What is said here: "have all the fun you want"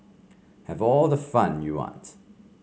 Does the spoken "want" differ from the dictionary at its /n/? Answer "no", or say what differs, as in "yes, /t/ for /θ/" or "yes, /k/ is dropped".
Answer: yes, /n/ is dropped